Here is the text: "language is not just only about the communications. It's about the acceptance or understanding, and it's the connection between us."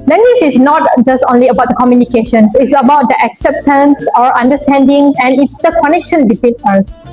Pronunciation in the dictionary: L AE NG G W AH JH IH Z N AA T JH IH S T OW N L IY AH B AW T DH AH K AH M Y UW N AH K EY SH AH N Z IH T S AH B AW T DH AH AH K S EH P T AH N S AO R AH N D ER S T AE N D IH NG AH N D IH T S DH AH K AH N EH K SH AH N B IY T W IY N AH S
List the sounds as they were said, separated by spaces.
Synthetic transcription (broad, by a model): L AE NG G W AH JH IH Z N AA T JH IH S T OW N L IY AH B AW T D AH K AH M Y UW N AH K EY SH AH N S IH T S AH B AW T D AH AH K S EH P T AH N S AO R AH N D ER S T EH N D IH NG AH N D IH T S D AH K AH N EH K SH AH N B IY T W IY N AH S